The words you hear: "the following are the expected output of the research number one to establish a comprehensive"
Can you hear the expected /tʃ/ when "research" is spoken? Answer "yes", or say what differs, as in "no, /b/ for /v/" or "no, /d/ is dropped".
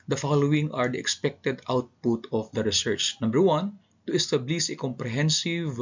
yes